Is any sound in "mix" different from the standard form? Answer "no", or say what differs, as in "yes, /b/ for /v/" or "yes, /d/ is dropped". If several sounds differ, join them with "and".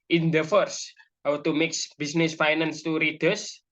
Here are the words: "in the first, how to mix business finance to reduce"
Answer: no